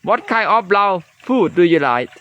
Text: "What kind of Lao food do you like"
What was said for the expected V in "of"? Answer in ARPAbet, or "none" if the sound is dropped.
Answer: P